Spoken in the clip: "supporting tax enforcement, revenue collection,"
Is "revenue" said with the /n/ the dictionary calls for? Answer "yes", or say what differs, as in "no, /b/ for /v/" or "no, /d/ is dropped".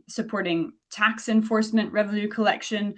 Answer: no, /l/ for /n/